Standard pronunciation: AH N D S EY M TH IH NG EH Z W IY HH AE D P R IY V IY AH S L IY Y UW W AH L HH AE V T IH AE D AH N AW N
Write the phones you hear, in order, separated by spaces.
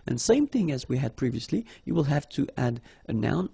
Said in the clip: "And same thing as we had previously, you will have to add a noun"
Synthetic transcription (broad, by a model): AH N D S EY M TH IH NG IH Z W IY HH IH D P R IY V IY AH S L IY Y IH W AH L HH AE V T IH AE D AH N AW N